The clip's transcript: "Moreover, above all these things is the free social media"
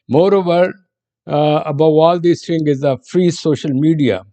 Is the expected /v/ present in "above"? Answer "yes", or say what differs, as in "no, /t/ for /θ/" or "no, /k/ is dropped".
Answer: no, /v/ is dropped